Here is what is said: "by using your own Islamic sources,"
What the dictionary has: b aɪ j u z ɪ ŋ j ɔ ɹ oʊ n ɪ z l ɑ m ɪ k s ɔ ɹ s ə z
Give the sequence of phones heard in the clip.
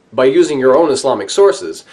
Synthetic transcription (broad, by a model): b aɪ j u z ɪ ŋ j ɔ ɹ oʊ n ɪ s l ɑ m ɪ k s ɔ ɹ s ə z